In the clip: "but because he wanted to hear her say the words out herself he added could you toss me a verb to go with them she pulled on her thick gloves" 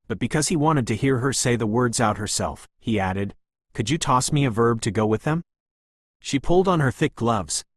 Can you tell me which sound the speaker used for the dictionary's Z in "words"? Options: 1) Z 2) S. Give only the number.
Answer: 1